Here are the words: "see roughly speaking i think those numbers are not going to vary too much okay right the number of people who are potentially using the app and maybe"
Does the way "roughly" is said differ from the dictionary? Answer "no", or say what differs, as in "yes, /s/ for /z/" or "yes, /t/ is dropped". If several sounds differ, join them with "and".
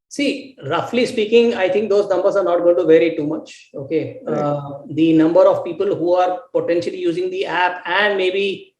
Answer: no